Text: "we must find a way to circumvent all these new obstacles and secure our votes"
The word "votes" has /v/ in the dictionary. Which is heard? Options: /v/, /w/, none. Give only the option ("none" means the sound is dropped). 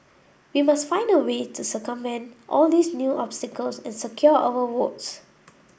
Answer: /w/